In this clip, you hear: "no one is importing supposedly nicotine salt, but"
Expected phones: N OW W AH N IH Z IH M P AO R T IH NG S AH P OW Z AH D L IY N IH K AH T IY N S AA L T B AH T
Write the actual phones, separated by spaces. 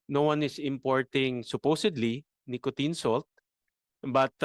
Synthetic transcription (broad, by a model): N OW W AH N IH S IH M P AO R T IH NG S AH P OW S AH D L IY N IH K AH T IY N S AA L T B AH T